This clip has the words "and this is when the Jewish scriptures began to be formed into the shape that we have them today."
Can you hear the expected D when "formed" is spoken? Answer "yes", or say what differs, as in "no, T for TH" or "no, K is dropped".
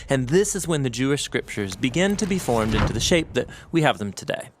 yes